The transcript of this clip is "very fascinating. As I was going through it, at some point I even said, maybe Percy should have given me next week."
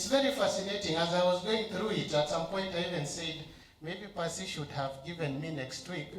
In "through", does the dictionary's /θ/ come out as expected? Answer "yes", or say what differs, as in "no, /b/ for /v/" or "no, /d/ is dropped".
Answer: yes